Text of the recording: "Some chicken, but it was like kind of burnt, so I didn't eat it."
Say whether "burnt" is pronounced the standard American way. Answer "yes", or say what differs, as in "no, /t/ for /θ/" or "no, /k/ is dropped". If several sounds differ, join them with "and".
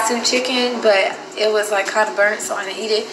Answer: yes